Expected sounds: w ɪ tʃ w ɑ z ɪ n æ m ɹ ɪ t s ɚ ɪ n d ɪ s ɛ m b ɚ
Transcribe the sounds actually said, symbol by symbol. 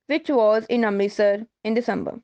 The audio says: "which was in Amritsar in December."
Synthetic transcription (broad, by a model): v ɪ tʃ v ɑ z ɪ n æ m ɪ s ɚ ɪ n d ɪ s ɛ m b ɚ